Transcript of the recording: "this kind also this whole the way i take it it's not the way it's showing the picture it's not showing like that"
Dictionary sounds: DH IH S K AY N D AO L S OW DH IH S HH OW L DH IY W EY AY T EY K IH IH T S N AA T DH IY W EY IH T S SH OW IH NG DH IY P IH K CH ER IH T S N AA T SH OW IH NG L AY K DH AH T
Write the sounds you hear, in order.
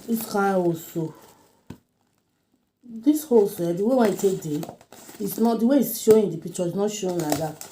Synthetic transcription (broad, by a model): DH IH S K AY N AO L S OW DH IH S HH OW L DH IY W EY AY T EY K IH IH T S N AA T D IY W EY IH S SH OW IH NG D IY P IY K CH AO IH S N AA T SH OW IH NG L AY K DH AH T